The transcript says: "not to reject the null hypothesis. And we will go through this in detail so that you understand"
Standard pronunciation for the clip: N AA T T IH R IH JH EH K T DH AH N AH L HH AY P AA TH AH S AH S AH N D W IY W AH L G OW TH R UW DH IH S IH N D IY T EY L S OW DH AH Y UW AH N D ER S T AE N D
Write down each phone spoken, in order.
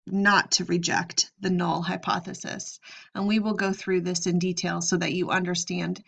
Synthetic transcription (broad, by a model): N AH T T IH R IH JH EH K T DH AH N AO L HH AY P AA TH AH S AH S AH N W IY W AH L G OW TH R UW DH IH S IH N D IY T EY L S OW DH AH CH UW AH N D ER S T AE N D